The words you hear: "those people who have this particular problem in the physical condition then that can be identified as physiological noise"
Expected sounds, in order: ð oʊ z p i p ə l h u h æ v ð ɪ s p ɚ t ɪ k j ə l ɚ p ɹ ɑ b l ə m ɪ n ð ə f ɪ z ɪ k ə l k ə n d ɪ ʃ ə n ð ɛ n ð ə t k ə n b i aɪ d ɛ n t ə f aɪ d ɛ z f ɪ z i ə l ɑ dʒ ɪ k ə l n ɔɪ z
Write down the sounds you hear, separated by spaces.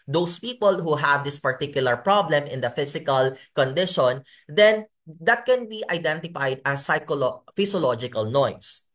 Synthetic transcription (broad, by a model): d oʊ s p i p ə l h u h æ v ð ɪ s p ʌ t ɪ k j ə l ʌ p ɹ ɑ b l ə m ɪ n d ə f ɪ s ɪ k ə l k ə n d ɪ ʃ ə n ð ɛ n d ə t k ə n b i aɪ d ɛ n t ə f aɪ d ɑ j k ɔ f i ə l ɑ dʒ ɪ k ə l n ɔɪ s